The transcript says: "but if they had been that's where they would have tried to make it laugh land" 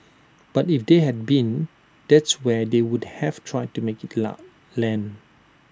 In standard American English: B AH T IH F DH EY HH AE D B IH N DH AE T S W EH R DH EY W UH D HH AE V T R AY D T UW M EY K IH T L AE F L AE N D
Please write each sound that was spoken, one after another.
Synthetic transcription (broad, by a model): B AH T IH F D EY HH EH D B IH N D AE T S W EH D EY W UH D HH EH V T R AY D T UW M EY K IH T L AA L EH N